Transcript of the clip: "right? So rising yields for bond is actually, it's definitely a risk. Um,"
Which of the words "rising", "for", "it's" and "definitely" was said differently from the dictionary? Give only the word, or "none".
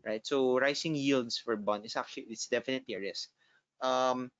rising